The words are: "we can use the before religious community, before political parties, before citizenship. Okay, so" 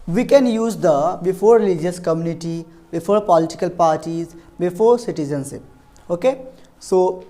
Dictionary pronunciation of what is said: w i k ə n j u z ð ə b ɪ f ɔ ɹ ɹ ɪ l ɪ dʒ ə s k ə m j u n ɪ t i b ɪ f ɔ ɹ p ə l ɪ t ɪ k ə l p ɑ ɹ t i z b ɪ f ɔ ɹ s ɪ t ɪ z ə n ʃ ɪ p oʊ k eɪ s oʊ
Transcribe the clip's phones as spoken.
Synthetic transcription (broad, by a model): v i k ə n j u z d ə b ɪ f ɔ ɹ ɹ ɪ l ɪ dʒ ə s k ə m j u n ɪ t i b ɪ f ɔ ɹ p ə l ɪ t ɪ k ə l p ɑ ɹ t i z b ɪ f ɔ ɹ s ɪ t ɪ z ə n s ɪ oʊ k eɪ s oʊ